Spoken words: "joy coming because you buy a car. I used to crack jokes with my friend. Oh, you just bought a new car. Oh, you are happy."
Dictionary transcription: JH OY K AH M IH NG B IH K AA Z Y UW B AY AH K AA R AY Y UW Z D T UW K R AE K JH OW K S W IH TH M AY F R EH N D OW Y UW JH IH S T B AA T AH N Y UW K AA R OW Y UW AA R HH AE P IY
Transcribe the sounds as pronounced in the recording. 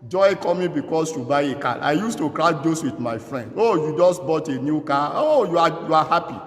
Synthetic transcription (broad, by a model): JH OY K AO M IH B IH K AA S Y UW B AY AH K AA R AY Y UW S T UW K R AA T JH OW S W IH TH M AY F R EH N D OW Y UW JH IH S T B AA T AH N Y UW K AA OW Y UW AA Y HH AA P IY